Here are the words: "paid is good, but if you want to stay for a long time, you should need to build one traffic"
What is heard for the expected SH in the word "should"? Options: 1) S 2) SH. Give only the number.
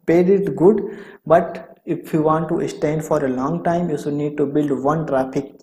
1